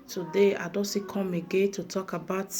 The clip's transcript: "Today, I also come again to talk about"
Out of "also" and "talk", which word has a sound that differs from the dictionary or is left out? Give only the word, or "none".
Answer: also